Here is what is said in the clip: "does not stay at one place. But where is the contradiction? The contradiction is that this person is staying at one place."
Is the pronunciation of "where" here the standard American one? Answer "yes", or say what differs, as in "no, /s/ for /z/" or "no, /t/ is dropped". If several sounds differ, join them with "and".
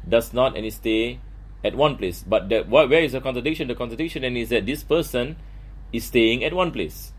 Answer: no, /w/ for /ɹ/